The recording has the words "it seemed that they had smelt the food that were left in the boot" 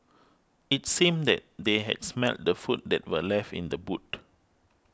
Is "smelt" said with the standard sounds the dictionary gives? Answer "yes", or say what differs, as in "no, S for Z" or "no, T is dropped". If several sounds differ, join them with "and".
yes